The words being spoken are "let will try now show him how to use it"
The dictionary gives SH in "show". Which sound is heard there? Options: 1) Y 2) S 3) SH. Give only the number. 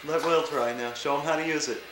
3